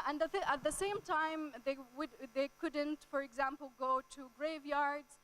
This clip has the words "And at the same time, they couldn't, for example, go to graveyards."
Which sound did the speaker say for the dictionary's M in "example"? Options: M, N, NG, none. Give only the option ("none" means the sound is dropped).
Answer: M